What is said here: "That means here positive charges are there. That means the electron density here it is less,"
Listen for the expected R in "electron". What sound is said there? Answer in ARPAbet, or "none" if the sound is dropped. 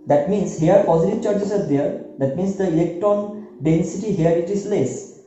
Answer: none